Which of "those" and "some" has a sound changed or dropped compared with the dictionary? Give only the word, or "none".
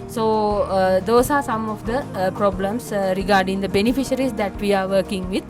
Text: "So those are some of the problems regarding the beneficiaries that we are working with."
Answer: those